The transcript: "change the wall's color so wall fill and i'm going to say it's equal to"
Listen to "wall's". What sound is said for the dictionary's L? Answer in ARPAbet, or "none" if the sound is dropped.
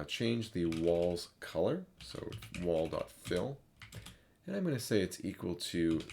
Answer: L